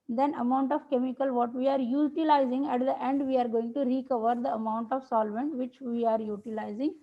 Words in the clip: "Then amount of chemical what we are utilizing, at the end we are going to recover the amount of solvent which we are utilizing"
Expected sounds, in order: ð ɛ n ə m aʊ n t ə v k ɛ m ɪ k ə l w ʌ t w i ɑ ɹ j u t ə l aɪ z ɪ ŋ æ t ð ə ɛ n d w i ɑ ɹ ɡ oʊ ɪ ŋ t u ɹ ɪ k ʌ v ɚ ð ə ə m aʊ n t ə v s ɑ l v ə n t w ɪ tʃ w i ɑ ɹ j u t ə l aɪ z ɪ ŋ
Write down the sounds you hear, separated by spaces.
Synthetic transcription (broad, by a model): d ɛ n ə m aʊ n t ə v k ɛ m ɪ k ə l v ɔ t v i ɑ ɹ j u t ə l aɪ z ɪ ŋ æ t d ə ɛ n d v i ɑ ɹ ɡ oʊ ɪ ŋ t u ɹ ɪ k ʌ v ɚ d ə ə m aʊ n t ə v s ɑ l v ə n t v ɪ tʃ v i ɑ ɹ j u t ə l aɪ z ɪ ŋ